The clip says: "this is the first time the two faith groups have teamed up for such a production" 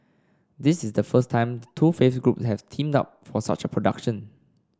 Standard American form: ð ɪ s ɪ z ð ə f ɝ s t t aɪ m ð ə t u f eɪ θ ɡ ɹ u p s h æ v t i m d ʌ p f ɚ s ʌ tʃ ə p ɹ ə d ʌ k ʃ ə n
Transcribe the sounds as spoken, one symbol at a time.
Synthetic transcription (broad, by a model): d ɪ s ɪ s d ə f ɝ s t t aɪ m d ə t u f eɪ f ɡ ɹ u p s h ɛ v t i m d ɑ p f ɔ s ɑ tʃ ə p ɹ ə d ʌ k ʃ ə n